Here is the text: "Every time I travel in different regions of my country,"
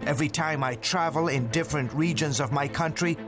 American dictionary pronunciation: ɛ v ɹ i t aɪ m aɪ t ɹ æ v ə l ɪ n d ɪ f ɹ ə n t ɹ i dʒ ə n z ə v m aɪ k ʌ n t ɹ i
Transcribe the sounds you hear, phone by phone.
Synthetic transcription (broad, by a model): ɛ v ɹ i t aɪ m aɪ t ɹ æ v ə l ɪ n d ɪ f ɹ ə n t ɹ i dʒ ə n z ə v m aɪ k ʌ n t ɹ i